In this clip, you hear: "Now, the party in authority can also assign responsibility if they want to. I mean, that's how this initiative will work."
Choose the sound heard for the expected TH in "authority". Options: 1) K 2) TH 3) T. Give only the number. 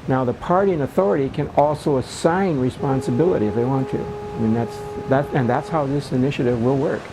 2